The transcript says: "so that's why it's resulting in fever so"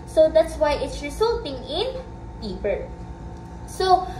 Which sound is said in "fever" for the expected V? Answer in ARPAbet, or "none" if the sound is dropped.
P